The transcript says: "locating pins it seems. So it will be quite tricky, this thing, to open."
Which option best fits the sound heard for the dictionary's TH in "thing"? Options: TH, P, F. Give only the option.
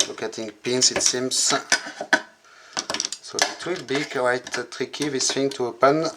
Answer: F